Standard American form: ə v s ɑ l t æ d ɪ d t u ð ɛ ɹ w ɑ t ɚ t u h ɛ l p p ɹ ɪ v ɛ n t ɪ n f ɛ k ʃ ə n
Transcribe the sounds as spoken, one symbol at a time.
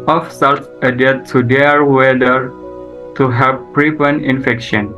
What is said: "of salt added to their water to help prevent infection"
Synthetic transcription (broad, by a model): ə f s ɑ l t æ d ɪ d t u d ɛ ɹ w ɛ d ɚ t u h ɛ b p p ɹ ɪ p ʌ n ɪ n f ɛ k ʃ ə n